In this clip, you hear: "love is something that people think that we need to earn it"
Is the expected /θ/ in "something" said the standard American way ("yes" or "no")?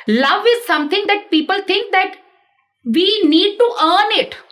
no